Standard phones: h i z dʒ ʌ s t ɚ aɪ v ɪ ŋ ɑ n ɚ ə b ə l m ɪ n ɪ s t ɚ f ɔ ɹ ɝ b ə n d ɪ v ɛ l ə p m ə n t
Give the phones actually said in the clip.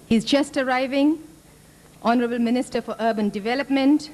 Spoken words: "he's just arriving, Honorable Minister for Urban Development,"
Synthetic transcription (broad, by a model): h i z dʒ ʌ s t ɚ aɪ v ɪ ŋ ɑ n ɚ ə b ə l m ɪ n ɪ s t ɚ f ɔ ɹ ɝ b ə n d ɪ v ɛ l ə p m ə n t